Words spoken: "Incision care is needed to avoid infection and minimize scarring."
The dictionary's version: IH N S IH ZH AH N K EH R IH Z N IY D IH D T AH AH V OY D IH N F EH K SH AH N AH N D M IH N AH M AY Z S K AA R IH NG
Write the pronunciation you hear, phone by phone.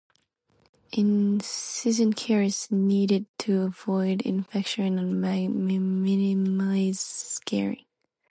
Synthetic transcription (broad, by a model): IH N S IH Z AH N K EH R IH S N IY D IH D T AH AH V OY D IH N F EH K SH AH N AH N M M IH N AH M AY Z S K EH R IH